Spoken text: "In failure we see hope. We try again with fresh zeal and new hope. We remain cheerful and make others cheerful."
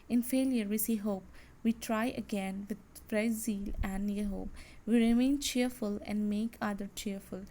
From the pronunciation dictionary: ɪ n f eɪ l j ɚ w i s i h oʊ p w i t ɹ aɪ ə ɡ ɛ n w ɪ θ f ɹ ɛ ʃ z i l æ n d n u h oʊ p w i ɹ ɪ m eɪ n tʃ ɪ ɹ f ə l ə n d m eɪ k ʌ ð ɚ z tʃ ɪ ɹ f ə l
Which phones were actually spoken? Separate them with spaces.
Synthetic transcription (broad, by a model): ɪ n f eɪ l j ɚ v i s i h oʊ p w i t ɹ aɪ ə ɡ ɛ n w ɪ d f ɹ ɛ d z i l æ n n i h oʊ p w i ɹ ɪ m eɪ n tʃ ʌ ɹ f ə l ə n d m eɪ k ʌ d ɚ tʃ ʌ ɹ f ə l